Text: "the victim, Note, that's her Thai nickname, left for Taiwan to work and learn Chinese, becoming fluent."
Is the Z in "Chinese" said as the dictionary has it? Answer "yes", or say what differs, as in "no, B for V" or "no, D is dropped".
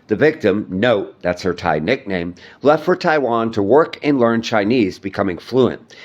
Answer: yes